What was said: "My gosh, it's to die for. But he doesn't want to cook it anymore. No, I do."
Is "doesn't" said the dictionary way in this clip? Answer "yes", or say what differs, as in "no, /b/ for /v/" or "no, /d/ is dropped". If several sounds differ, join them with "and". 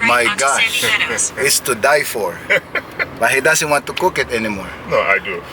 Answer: no, /s/ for /z/